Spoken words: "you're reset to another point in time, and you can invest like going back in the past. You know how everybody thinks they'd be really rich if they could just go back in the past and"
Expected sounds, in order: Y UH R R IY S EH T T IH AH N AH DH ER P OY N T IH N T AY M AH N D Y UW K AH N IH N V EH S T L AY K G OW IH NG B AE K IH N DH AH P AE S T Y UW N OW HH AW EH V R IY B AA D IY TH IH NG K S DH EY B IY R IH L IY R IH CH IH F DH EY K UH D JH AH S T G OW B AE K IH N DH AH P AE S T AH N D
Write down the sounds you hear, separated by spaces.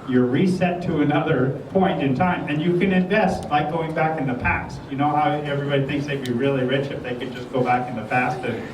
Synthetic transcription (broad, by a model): Y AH R R IY S EH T T IH AH N AH DH ER P OY N T IH N T AY M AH N Y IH K AH N IH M V EH S T L AY K G OW IH NG B AE K IH N DH AH P AE S T Y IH N OW HH AW EH V R IY B AA D IY TH IH NG K S DH EY B IY R IH L IY R IH CH IH F DH EY K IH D JH AH S G OW B AE K IH N DH AH P AE S T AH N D